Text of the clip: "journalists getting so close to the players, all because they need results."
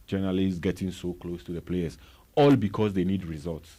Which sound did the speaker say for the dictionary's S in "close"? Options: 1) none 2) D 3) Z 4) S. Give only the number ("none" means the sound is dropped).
4